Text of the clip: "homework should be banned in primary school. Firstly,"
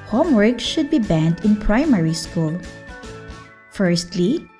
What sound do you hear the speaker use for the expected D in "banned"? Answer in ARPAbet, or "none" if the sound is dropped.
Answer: D